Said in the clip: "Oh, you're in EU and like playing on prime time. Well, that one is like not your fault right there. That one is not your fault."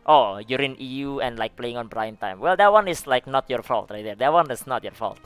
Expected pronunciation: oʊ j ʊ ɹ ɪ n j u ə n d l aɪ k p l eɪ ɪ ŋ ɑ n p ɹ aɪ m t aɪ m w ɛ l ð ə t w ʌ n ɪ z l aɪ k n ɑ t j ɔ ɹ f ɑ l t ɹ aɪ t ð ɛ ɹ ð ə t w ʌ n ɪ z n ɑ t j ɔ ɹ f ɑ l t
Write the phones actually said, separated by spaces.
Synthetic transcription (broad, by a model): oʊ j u ɹ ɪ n j u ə n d l aɪ k p l eɪ ɪ ŋ ɑ n b ɹ aɪ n t aɪ m w ɛ l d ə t w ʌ n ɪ s l aɪ k n ɑ t j ɔ ɹ f ɑ l t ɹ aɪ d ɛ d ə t w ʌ n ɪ s n ɑ t j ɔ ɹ f ɑ l t